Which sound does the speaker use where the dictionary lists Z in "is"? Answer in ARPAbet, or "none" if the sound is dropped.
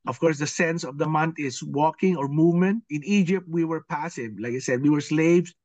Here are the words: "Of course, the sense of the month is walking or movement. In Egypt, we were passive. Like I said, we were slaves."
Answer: S